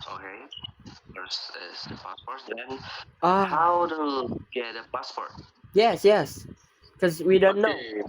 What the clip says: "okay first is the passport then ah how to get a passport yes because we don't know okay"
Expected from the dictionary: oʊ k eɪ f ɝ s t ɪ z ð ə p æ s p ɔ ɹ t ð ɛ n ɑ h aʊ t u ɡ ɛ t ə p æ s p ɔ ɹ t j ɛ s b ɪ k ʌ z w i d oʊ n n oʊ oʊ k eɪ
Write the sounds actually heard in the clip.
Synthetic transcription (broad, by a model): oʊ k eɪ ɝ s ɪ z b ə s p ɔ ɹ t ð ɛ n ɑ h aʊ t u ɡ ɛ t ə b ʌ s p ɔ ɹ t j ɛ s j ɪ k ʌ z w i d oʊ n n oʊ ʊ